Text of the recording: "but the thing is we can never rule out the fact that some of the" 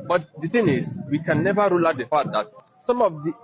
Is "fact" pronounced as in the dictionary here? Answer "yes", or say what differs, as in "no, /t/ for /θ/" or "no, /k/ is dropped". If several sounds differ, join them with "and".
no, /k/ is dropped